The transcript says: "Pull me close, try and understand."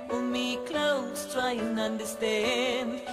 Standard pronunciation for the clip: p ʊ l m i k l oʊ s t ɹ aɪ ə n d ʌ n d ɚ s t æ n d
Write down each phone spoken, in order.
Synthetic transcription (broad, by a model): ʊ m i k l oʊ s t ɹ aɪ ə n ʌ n d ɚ s t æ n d